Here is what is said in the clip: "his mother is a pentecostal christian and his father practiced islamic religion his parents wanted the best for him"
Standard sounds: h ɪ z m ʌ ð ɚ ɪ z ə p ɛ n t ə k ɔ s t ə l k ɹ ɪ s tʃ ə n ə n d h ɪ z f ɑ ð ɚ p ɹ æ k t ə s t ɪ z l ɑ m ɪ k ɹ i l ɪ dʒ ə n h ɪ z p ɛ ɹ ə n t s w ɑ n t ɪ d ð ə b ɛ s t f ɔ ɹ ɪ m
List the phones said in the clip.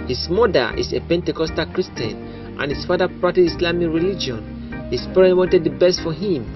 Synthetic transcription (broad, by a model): h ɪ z m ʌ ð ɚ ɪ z ə p ɛ n t ə k ɔ s t ə l k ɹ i s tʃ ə n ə n h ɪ s f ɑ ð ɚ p ɹ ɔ t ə t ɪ s l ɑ m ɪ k ɹ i l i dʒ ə n h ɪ s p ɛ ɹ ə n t w ɑ n t ɪ d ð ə b ɛ s t f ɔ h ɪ m